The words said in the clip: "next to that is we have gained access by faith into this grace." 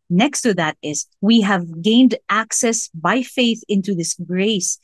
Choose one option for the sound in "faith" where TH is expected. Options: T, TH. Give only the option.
TH